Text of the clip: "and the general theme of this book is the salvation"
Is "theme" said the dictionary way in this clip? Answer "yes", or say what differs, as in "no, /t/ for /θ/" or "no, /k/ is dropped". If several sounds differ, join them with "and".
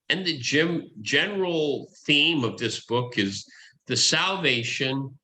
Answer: yes